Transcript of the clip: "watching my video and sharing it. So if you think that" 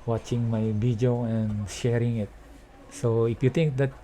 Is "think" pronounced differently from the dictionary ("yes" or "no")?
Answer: yes